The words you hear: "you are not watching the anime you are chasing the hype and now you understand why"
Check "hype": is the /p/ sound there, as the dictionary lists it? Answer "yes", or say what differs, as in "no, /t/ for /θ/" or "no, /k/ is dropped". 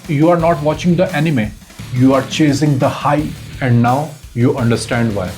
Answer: no, /p/ is dropped